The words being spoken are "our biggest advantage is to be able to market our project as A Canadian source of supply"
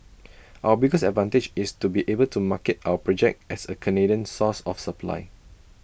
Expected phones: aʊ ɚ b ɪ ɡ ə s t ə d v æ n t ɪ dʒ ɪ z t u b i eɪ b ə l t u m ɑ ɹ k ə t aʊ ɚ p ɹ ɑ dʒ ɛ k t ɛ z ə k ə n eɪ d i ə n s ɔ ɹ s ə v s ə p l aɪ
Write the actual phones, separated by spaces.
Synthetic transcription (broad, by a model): aʊ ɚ b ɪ ɡ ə s ə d v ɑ n t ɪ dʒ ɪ s t u b i eɪ b ə l t u m ɑ k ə t aʊ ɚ p ɹ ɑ dʒ ɛ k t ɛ s ə k ə n eɪ d i ə n s ɔ s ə f s ə p l aɪ